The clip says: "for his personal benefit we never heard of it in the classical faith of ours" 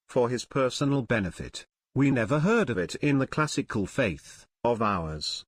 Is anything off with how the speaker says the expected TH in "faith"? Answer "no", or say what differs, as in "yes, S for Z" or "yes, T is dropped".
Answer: no